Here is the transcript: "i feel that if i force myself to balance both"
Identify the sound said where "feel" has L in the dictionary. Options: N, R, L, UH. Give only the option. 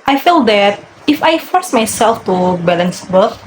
L